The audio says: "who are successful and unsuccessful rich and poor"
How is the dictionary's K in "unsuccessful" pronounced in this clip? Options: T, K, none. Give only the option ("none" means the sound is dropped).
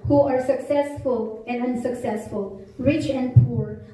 K